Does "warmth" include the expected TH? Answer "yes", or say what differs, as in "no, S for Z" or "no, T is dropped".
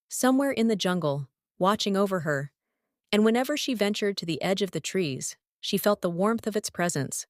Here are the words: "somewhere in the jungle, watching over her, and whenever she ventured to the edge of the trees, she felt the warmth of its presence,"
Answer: yes